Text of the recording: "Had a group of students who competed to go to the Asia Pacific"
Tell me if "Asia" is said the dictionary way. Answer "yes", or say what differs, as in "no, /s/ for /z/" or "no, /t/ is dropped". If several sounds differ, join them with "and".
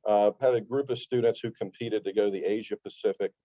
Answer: yes